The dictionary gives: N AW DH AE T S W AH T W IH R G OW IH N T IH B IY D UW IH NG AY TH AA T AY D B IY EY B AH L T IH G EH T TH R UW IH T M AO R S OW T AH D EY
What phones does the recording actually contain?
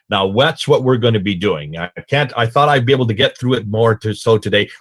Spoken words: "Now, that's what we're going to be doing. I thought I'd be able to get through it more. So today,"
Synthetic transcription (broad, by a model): N AW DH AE T S W AH T W IH R G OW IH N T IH B IY D UW IH NG AY TH AA T AY D B IY EY B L T IH G EH T TH R UW IH T M AO R S OW T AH D EY